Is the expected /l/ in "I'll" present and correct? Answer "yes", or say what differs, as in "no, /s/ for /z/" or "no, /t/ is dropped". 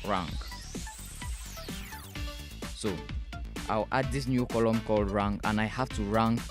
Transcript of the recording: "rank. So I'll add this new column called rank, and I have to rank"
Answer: no, /w/ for /l/